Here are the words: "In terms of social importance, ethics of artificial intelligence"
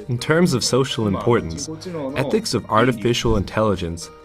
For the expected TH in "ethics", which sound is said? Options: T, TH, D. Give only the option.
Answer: TH